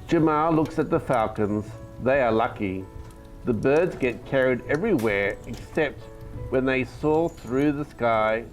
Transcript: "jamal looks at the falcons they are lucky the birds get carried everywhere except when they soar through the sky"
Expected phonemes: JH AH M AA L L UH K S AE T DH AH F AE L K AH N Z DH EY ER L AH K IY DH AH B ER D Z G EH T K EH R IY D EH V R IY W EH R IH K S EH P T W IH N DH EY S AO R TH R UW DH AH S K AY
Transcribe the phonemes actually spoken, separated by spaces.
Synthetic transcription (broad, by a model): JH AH M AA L L UH K S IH T DH AH F AE L K AH N Z DH EY ER L AH K IY DH AH B ER D Z G EH T K EH R IY D EH V R IY W EH R IH K S EH P T W IH N DH EY S AO TH R UW DH AH S K AY